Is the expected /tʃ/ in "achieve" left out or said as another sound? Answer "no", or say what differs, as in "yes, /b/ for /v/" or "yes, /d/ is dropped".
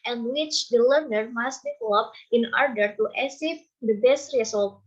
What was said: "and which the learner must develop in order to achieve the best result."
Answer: yes, /s/ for /tʃ/